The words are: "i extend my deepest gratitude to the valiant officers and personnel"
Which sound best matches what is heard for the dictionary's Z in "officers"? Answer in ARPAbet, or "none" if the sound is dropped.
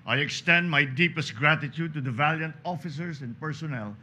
S